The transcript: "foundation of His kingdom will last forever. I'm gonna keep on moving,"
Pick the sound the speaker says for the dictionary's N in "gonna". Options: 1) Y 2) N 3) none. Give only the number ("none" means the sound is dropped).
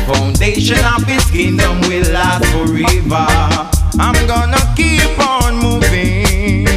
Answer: 2